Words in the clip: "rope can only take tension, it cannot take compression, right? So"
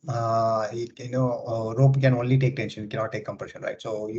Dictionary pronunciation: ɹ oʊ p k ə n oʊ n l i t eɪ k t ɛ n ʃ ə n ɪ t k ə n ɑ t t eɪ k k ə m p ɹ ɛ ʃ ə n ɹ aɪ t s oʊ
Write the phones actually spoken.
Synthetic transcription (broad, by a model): ɹ oʊ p k ə n oʊ n l i t eɪ k t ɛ n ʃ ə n ɪ t k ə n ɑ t t eɪ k k ə m p ɹ ɛ ʃ ə n ɹ aɪ t s oʊ